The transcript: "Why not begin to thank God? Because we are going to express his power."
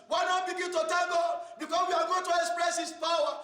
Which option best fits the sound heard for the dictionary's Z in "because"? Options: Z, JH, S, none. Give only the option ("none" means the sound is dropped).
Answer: S